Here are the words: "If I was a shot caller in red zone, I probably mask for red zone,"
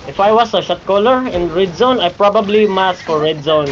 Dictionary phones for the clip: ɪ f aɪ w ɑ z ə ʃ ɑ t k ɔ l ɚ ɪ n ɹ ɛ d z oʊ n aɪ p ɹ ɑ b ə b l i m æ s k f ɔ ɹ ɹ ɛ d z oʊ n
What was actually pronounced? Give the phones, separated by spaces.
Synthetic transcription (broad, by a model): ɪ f aɪ w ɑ s ə ʃ ɑ t k ɔ l ɚ ɪ n ɹ ɛ d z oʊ n aɪ p ɹ ɑ b ə b l i m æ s f ɔ ɹ ɹ ɛ d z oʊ n